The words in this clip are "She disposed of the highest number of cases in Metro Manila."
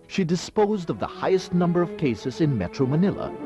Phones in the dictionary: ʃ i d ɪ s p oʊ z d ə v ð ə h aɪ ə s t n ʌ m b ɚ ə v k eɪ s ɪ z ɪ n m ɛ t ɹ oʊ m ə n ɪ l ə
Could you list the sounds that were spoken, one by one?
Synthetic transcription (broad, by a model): ʃ i d ɪ s p oʊ z d ə v ð ə h aɪ ə s t n ʌ m b ɚ ə v k eɪ s ɪ z ɪ n m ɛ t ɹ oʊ m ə n ɪ l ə